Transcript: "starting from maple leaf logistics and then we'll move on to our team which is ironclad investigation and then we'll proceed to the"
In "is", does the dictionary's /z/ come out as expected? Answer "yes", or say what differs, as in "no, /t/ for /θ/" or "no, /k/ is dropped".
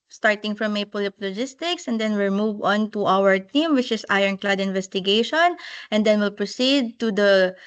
no, /s/ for /z/